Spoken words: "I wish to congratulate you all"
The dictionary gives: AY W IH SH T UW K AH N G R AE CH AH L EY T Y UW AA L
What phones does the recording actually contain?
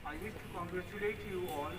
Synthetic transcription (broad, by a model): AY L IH S T UW K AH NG G R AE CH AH L EY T Y UW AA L